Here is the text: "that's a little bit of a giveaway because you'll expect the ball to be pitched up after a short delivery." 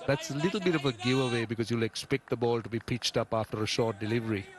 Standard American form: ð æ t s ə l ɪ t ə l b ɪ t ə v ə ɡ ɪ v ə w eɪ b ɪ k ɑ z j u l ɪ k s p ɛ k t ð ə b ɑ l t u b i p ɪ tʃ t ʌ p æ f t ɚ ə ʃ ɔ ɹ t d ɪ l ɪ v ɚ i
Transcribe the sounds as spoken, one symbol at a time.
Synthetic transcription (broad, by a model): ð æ t s ə l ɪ t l b ɪ t ə v ə ɡ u ə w eɪ b ɪ k ɑ z j u l ɪ k s p ɛ k t ð ə b ɑ l t u b i p ɪ tʃ t ʌ p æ f t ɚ ə ʃ ɔ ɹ t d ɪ l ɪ v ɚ i